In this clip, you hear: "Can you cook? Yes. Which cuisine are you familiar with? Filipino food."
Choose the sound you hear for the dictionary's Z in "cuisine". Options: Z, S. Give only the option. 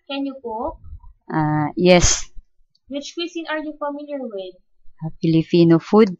S